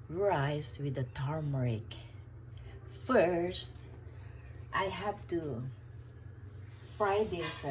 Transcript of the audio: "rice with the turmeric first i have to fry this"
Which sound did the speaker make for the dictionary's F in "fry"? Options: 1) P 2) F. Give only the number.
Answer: 2